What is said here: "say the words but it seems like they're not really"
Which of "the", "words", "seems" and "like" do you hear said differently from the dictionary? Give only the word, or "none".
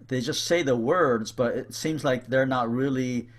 none